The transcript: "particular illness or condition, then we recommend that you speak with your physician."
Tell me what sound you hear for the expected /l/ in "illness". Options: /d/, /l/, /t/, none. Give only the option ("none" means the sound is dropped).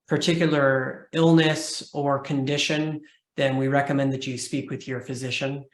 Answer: /l/